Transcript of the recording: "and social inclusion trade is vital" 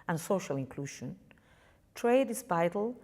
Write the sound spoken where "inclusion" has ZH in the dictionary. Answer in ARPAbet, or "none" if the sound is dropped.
SH